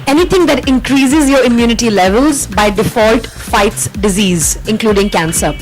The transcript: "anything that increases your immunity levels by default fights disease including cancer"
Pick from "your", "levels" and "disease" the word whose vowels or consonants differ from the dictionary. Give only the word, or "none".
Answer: none